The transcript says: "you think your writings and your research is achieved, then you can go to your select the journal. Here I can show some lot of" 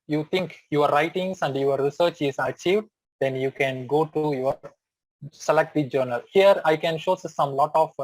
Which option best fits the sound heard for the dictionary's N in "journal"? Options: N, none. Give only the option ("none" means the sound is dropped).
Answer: N